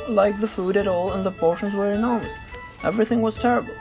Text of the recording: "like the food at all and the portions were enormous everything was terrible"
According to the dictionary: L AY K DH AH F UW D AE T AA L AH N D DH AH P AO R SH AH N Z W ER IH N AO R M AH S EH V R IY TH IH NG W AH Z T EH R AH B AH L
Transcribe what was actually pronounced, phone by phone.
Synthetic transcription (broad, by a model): L AY K DH AH F UW D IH T AA L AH N DH AH P AO R SH AH N Z W ER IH N AO R M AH S EH V R IY TH IH NG W AH Z T EH R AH B L